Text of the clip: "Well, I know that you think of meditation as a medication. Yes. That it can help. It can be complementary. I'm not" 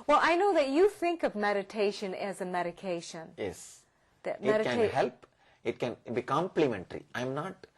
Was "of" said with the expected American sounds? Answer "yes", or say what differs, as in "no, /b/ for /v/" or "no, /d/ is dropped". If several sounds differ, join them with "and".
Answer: yes